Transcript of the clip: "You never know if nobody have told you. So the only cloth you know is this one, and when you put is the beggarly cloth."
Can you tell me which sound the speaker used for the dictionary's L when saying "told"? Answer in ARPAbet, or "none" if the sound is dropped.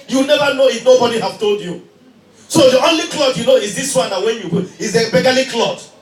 L